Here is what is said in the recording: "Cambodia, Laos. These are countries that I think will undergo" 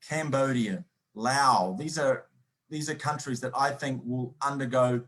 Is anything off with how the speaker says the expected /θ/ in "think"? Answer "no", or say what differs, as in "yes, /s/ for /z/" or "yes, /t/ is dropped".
no